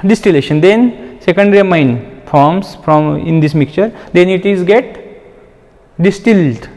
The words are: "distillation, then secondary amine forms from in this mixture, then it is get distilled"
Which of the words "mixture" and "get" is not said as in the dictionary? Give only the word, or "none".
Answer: mixture